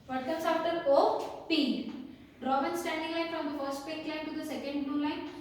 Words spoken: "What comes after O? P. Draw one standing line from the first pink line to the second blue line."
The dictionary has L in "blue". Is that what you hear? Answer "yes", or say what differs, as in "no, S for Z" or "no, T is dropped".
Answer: no, L is dropped